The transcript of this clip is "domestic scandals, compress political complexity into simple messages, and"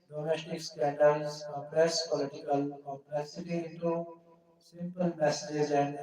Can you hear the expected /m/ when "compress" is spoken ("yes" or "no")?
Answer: no